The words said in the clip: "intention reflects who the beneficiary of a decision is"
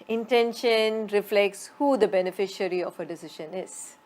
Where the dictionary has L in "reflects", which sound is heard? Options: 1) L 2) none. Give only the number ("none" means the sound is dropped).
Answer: 1